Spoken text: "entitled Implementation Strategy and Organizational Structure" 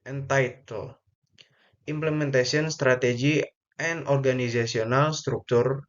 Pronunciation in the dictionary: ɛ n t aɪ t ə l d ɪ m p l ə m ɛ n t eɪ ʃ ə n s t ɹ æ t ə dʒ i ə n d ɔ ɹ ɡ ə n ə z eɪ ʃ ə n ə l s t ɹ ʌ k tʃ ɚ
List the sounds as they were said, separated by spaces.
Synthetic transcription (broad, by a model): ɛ n t aɪ t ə l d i m p l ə m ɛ n t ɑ s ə n s t ɹ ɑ t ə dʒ i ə n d ɔ ɹ ɡ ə n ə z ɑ s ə n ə l s t ɹ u k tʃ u